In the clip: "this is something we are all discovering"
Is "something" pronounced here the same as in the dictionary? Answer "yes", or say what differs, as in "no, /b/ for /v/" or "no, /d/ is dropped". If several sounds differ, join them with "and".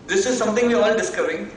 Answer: no, /t/ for /θ/